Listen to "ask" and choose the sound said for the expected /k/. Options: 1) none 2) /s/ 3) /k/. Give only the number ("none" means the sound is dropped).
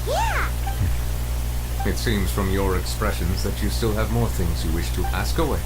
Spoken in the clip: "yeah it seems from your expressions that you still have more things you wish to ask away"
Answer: 3